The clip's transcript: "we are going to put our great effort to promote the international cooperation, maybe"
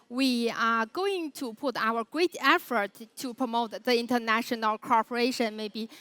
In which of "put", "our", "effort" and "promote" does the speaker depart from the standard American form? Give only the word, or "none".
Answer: none